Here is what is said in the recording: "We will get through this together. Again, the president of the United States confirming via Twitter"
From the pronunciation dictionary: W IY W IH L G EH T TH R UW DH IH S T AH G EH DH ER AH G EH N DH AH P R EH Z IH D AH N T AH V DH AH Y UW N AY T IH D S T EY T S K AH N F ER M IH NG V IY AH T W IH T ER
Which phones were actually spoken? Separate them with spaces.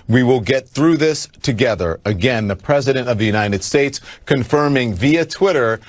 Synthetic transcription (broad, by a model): W IY W IH L G EH T TH R UW DH IH S T AH G EH DH ER AH G EH N DH AH P R EH Z IH D AH N T AH V DH AH Y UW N AY T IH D S T EY T S K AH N F ER M IH NG V IY AH T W IH T ER